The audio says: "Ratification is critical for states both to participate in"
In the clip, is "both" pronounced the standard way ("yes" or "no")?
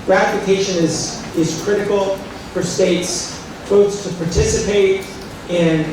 no